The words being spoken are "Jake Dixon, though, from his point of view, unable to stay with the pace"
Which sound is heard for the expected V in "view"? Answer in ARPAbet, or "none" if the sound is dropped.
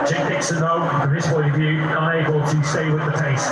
V